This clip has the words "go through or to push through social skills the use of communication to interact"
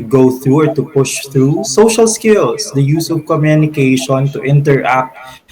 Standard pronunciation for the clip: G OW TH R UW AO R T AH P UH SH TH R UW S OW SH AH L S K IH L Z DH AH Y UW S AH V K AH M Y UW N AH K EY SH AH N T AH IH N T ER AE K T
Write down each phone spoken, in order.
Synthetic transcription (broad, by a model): G OW TH R UW AO R T AH P UH SH TH R UW S OW SH AH L S K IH L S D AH Y UW S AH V K AH M Y UW N AH K EY SH AH N T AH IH N T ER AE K T